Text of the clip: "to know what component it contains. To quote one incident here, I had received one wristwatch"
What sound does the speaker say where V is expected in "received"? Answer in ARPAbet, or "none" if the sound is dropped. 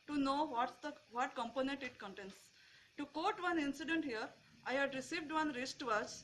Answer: V